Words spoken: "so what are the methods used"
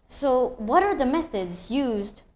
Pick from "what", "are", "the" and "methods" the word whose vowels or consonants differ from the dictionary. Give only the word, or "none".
none